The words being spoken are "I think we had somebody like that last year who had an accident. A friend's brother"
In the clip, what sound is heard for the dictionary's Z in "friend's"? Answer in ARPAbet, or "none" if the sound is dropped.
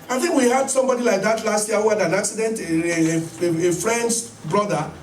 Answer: S